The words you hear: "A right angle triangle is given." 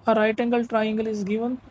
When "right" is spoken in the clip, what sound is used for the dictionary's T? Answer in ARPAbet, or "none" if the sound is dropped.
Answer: T